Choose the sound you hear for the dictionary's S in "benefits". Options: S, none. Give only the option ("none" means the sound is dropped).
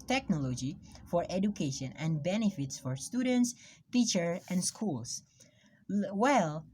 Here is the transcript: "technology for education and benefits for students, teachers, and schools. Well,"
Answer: S